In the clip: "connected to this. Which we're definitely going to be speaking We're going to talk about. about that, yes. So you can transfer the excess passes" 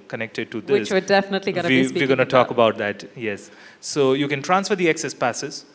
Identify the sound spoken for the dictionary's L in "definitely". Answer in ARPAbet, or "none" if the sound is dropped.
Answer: L